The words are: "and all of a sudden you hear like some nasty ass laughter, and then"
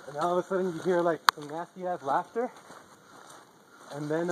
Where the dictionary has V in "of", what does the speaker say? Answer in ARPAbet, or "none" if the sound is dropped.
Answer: W